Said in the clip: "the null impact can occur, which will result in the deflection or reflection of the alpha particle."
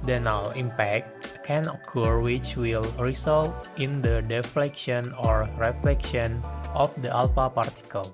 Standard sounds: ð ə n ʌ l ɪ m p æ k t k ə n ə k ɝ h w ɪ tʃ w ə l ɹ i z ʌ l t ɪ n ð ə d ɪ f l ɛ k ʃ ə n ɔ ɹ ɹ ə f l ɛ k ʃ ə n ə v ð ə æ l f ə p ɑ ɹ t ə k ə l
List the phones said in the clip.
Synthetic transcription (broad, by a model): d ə n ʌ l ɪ m p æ k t k ə n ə k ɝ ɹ w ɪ tʃ w ə l ɹ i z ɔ l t ɪ n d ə d ɪ f l ɛ k ʃ ə n ɔ ɹ ɹ ə f l ɛ k ʃ ə n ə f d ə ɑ l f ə p ɑ ɹ t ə k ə l